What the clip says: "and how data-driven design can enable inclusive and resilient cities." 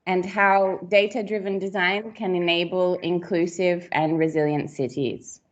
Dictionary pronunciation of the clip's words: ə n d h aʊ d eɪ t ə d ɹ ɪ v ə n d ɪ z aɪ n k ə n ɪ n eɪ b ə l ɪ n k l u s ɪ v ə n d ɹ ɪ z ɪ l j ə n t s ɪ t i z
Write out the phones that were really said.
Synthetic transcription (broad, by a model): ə n h aʊ d eɪ t ə d ɹ ɪ v ə n d ɪ z aɪ n k ə n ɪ n eɪ b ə l ɪ n k l u s ɪ v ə n ɹ ɪ z ɪ l j ə n t s ɪ t i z